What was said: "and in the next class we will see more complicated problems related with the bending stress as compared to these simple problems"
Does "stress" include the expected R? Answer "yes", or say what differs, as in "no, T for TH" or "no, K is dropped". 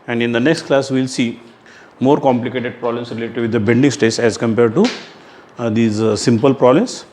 no, R is dropped